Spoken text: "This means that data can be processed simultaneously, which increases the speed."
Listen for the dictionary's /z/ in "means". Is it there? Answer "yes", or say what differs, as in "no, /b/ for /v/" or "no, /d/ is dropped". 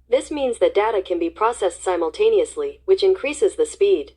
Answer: yes